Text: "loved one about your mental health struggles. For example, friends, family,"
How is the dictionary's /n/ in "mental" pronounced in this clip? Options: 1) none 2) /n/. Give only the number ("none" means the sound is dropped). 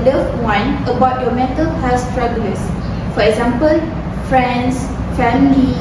1